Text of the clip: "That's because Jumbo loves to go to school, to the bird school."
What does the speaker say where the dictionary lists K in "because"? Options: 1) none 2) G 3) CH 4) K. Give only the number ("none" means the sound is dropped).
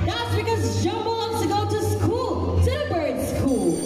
4